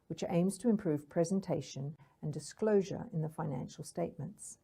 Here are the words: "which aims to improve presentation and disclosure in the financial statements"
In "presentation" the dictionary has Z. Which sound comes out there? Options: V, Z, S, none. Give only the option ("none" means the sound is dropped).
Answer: Z